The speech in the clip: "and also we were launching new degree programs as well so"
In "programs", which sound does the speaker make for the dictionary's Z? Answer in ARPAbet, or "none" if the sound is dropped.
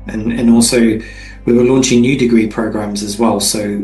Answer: Z